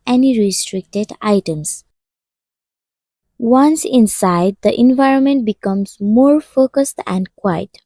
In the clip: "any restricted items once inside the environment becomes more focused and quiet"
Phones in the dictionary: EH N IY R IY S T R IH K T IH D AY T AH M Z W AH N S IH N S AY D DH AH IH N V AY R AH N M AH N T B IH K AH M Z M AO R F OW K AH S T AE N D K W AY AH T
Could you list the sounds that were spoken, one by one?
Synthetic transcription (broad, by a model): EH N IY R IY S T R IH K T IH D AY T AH M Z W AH N S IH N S AY D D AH IH N V AY R AH N M AH N T B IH K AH M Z M AO R F OW K AH S T AE N D K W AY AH T